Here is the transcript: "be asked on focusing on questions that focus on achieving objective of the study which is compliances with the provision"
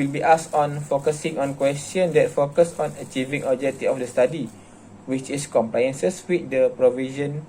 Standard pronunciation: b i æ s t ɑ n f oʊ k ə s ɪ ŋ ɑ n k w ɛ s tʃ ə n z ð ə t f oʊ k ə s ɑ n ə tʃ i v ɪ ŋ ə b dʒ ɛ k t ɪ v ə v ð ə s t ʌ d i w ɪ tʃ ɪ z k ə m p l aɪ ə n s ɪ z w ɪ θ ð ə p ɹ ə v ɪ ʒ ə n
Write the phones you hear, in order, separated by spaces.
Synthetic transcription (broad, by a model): b i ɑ s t ɑ n f oʊ k ə s ɪ ŋ ɑ n k w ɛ s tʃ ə n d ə t f oʊ k ə s ɑ n ə tʃ i v ɪ ŋ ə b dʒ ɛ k t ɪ ə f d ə s t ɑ d i w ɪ tʃ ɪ s k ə m p l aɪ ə n s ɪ s w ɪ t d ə p ɹ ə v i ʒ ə n